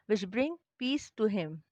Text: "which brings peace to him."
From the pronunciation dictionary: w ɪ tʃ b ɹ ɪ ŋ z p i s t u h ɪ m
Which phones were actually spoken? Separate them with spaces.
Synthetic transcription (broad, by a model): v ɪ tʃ b ɹ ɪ ŋ p i s t u h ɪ m